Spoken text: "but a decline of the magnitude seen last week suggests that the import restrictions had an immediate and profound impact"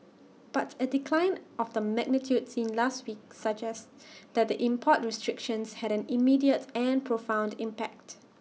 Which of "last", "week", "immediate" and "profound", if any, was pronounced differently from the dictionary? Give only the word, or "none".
none